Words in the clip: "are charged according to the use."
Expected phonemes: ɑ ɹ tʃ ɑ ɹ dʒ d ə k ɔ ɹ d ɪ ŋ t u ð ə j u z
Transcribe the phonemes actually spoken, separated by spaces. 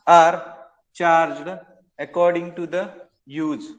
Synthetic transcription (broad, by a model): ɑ ɹ tʃ ɑ ɹ dʒ d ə k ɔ ɹ d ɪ ŋ t u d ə j u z